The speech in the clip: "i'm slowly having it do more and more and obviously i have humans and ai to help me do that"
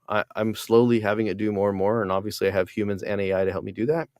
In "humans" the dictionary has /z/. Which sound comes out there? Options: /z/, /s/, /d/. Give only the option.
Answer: /z/